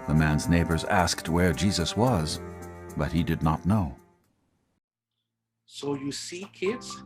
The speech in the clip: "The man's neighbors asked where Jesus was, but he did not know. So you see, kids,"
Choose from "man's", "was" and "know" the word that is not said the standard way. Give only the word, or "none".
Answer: none